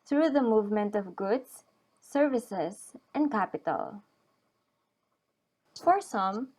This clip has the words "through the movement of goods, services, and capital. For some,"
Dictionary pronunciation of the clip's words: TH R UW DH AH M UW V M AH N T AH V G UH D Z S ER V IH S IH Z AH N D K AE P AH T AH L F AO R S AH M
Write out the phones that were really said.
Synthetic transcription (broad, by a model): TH R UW DH AH M UW V M AH N T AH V G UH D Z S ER V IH S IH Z AH N D K AE P AH T AH L F AO R S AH M